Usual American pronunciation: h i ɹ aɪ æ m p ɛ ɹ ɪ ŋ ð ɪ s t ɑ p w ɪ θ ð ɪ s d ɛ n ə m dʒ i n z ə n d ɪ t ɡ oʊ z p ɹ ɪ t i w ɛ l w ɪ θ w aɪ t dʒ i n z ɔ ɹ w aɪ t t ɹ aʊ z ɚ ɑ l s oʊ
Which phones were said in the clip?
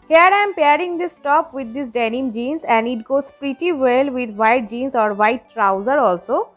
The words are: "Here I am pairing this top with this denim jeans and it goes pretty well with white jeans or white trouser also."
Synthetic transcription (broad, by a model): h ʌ ɹ aɪ m p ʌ ɹ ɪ ŋ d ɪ s t ɑ p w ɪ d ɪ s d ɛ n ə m dʒ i n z ə n d ɪ t ɡ oʊ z p ɹ ɪ t i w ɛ l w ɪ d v aɪ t dʒ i n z ɔ ɹ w aɪ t t ɹ aʊ z ɚ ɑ l s oʊ